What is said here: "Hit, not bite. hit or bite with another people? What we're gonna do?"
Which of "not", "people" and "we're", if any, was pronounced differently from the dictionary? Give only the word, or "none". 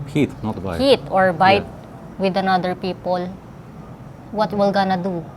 we're